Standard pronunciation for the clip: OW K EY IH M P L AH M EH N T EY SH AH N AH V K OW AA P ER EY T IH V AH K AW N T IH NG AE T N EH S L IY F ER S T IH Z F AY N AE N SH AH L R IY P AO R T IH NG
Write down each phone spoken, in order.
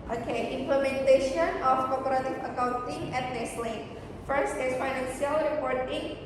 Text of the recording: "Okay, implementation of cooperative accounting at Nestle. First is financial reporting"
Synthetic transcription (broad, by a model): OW K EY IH M P L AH M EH N T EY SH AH N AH F K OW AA P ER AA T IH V AH K AW N T IH NG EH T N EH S L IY F ER S T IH S F AY N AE N S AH L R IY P AO R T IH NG